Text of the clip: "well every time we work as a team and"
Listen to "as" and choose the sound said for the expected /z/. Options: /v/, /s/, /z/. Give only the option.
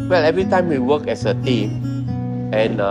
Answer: /s/